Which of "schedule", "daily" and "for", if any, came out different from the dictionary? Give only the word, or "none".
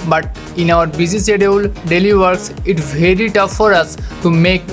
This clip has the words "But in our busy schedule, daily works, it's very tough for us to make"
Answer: schedule